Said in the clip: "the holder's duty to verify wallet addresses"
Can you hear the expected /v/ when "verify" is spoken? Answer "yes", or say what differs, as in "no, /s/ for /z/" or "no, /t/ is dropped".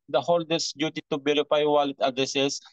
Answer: no, /b/ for /v/